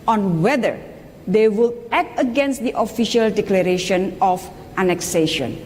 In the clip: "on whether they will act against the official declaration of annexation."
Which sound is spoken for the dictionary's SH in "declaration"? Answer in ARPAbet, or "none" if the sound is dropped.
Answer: SH